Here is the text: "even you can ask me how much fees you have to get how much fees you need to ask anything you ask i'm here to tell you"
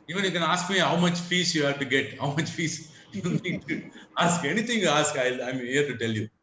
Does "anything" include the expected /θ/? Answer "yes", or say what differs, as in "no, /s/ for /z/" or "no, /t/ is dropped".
no, /t/ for /θ/